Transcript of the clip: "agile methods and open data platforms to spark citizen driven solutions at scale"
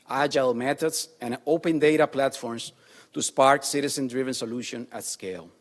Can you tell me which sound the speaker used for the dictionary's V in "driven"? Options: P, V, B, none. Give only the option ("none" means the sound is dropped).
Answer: V